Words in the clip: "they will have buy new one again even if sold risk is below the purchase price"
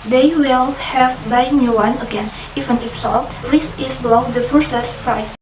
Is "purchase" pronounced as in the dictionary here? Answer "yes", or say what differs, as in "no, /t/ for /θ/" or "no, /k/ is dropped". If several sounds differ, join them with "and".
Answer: no, /f/ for /p/ and /s/ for /tʃ/